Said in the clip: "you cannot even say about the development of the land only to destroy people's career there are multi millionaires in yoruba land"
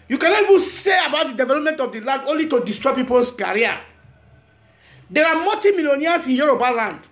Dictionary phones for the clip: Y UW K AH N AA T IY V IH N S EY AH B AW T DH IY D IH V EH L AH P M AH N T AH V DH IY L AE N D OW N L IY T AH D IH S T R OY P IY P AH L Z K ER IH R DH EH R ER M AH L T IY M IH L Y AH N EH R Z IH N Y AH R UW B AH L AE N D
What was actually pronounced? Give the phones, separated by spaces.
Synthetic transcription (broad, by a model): Y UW K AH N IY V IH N S EY AH B AW T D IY D IH V EH L AH P M AH N T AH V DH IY L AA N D OW N L IY T AH D IH S T R OY P IY P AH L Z K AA R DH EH R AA M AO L T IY M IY L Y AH N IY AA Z IH N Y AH R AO B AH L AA N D